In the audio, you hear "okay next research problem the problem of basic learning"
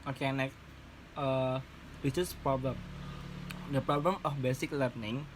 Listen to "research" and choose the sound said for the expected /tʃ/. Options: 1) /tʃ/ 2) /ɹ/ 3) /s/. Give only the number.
3